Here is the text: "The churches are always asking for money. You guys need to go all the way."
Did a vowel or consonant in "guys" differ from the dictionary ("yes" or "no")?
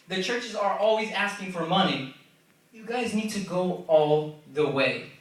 no